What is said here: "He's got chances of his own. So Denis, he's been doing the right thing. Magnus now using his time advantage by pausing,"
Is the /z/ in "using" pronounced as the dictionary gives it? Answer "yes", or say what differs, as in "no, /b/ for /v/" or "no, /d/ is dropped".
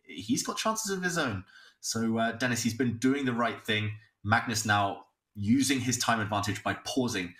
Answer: yes